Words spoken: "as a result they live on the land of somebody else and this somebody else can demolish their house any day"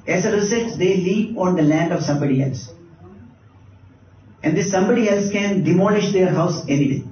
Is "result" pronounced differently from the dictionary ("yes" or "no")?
yes